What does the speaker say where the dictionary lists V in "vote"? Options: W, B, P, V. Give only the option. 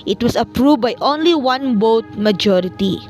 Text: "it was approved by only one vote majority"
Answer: B